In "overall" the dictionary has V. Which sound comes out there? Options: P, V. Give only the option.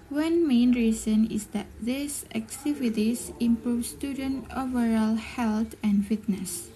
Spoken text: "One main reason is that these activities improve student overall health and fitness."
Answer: V